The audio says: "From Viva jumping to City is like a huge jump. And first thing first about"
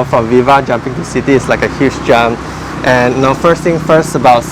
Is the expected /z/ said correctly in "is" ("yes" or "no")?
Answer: no